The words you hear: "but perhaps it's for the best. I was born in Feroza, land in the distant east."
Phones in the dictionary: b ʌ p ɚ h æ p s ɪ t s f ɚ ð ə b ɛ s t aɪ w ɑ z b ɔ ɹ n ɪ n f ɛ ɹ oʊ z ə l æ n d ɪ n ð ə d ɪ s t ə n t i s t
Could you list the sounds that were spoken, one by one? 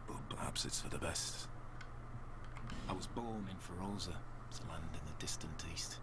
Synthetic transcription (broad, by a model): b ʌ p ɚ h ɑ p s ɪ t s f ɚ ð ə b ɛ s t aɪ w ɑ z b ɔ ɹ n ɪ n f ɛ ɹ oʊ z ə l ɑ n d ɪ n ð ə d ɪ s t ə n t i s t